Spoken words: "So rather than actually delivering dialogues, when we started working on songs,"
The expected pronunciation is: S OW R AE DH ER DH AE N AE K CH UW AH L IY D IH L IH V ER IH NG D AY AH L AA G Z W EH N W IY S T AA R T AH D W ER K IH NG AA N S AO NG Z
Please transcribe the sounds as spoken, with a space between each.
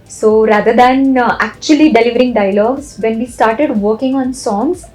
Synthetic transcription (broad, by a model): S OW R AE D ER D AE N AE K CH UW AH L IY D IH L IH V ER IH NG D AY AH L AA G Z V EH N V IY S T AA R T AH D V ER K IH NG AA N S AO NG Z